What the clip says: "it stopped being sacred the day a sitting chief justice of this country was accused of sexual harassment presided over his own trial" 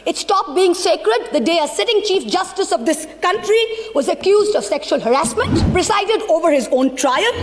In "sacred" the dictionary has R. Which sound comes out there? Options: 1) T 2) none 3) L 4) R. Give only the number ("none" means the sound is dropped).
4